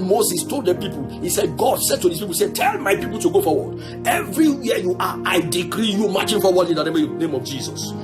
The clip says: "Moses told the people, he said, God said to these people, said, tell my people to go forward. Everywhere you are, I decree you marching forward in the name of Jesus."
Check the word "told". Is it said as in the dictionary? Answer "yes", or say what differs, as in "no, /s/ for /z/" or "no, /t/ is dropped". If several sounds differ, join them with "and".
yes